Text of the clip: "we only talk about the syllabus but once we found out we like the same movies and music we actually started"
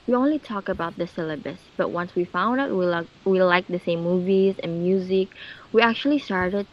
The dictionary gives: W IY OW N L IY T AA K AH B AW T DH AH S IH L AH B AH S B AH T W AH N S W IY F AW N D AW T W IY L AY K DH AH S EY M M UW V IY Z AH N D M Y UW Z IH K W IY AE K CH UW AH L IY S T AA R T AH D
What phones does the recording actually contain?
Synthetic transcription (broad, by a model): W IY OW N L IY T AA K AH B AW T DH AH S IH L AH B AH S B AH T W AH N S W IY F AW N D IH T W IY L AY K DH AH S EY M M UW V IY Z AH N M Y UW Z IH K W IY AE K CH UW AH L IY S T AA R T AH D